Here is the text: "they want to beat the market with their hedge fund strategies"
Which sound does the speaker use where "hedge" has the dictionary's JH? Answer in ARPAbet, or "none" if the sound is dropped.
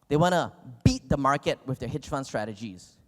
CH